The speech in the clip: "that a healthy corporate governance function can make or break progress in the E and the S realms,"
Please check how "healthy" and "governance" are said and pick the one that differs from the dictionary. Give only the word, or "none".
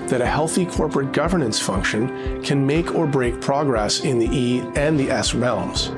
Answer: none